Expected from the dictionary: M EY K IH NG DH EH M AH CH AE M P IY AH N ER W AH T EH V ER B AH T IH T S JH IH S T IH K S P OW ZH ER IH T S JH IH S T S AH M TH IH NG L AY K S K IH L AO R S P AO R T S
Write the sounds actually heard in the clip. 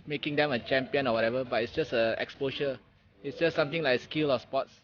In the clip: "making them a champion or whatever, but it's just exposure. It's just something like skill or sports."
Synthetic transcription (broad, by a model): M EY K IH NG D EH M AH CH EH M P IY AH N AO W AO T EH V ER B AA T IH T S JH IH S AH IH K S P OW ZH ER IH T S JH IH S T S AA M T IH NG L AY K S K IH L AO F S P AO T S